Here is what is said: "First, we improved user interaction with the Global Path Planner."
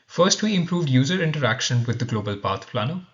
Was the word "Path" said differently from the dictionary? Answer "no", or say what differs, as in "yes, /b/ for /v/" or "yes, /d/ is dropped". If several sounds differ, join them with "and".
yes, /t/ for /θ/